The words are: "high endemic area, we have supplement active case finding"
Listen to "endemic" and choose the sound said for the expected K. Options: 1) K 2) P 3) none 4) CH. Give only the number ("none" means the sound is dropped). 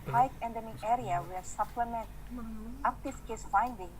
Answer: 3